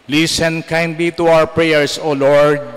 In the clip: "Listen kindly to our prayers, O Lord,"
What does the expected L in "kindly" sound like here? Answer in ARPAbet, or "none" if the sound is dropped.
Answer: L